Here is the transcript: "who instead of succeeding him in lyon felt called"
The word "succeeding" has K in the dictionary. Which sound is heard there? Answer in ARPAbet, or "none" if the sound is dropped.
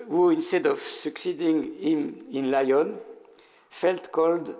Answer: K